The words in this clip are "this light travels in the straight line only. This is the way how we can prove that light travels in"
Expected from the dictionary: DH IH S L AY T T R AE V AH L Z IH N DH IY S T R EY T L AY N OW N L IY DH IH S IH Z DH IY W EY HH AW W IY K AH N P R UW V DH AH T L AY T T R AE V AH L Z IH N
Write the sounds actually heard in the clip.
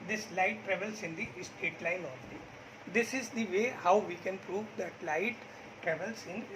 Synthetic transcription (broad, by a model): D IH S L AY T T R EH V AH L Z IH N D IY S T EY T L AY N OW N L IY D IH S IH Z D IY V EY HH AW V IY K AH N P R UW V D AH T L AY T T R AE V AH L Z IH N